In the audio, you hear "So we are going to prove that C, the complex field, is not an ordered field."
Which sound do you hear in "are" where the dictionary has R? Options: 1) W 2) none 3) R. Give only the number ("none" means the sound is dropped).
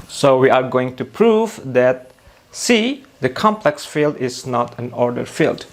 3